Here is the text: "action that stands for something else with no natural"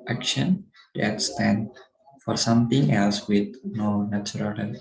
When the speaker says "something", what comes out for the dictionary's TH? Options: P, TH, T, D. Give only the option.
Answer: T